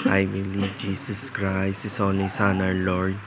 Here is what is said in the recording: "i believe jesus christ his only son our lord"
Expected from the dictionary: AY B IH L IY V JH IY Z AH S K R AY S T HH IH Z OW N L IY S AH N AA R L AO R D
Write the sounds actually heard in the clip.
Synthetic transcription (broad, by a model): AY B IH L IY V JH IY S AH S K R AY S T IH S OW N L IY S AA N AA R L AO R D